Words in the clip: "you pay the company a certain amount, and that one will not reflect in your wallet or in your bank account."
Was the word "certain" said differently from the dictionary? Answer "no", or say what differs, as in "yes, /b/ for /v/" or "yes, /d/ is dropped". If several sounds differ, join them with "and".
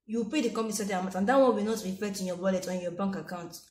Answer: yes, /n/ is dropped